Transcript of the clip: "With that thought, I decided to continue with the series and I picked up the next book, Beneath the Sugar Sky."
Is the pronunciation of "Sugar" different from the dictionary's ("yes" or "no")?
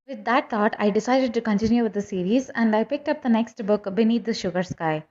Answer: no